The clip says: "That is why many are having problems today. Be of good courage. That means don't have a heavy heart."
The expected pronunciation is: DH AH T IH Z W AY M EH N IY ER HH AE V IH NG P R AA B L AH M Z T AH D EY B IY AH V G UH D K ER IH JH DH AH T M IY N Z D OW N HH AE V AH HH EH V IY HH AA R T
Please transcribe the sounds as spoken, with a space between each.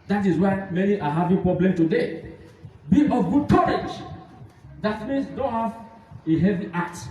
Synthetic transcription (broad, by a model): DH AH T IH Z W AY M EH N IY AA HH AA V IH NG P R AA B L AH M T AH D EY B IY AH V G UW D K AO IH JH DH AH T M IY N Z D OW N HH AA V AH HH EH V IY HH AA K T